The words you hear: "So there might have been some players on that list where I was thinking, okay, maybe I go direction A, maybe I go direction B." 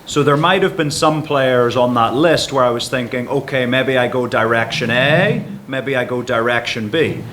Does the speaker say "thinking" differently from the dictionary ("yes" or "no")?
no